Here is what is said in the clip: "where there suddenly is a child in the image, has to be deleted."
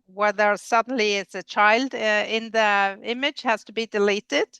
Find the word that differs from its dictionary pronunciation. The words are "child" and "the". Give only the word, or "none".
none